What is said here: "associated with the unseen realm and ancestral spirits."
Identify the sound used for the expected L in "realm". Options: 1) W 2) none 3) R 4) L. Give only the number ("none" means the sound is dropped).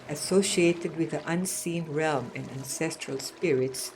4